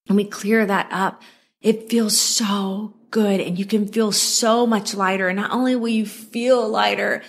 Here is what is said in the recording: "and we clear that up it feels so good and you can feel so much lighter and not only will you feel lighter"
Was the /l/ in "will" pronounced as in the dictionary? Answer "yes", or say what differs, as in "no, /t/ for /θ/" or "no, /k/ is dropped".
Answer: no, /n/ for /l/